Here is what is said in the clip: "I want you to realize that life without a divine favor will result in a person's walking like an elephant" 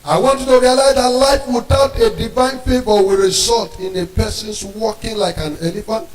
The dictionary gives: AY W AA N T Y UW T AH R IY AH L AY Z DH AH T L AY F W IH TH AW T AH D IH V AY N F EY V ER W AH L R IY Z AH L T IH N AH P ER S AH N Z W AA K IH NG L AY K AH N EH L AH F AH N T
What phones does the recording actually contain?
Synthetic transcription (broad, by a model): AY W AA N T Y UW T AH R IY AH L AY Z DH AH T L AY F W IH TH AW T AH D IH V AY N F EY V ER W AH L R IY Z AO L T IH N AH P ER S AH N S W AA K IH NG L AY K AH N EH L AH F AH N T